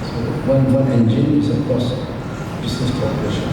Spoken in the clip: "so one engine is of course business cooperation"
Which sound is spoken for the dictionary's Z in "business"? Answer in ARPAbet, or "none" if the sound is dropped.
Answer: S